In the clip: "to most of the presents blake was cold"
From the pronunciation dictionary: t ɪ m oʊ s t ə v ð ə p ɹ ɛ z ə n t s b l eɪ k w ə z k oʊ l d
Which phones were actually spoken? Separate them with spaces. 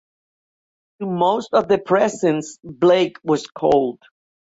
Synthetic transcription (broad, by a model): t ɪ m oʊ s t ə v ð ə p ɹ ɛ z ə n s b l eɪ k w ə z k oʊ l d